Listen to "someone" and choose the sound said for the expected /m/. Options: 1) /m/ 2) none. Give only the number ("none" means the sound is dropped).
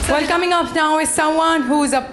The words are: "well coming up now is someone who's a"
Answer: 2